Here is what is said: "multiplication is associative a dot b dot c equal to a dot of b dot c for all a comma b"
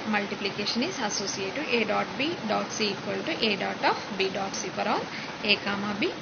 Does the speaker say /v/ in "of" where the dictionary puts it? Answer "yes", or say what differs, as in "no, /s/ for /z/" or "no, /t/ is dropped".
no, /p/ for /v/